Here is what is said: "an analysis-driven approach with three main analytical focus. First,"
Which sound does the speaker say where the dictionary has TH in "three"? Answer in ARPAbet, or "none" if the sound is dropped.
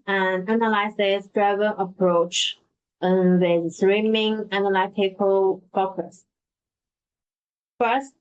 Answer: S